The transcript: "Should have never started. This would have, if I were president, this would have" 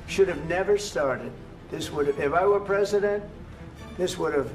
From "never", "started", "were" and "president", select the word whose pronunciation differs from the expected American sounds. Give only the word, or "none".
none